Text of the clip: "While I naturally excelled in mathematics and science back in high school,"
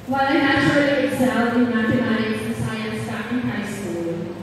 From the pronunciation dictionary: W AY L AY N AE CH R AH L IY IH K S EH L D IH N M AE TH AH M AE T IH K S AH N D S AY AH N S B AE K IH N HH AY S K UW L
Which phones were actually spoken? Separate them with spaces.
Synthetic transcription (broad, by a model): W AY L AY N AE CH AH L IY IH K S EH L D IH N M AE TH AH M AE T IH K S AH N S AY AH N S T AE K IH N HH AY S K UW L